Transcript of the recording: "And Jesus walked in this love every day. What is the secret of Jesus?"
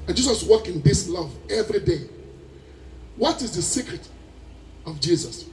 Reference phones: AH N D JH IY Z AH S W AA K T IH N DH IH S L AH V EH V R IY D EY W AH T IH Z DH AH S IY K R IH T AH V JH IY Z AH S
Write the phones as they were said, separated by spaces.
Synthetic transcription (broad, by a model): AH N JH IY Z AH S W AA K IH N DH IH S L AH V EH V R IY D EY W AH T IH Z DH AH S IY K R IH T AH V JH IY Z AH S